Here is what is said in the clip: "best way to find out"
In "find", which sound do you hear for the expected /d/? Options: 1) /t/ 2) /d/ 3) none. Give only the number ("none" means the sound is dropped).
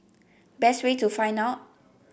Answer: 3